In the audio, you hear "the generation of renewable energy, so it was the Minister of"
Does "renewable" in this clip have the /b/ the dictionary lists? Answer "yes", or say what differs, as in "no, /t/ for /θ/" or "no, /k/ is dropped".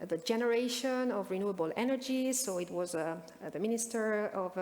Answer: yes